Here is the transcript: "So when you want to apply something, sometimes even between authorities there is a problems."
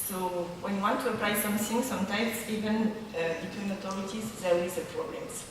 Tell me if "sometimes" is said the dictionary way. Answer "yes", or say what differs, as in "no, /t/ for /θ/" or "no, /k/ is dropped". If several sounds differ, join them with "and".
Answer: no, /s/ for /z/